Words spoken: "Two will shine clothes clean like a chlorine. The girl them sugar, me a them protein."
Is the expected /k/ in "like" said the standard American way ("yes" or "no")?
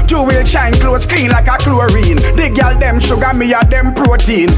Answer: yes